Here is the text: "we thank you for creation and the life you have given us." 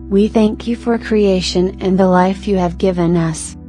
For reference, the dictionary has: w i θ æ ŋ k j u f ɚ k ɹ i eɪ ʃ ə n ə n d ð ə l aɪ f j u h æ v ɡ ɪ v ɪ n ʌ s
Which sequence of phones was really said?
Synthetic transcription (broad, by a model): w i θ æ ŋ k j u f ɚ k ɹ i eɪ ʃ ə n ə n ð ə l aɪ f j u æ v ɡ ɪ v ɪ n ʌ s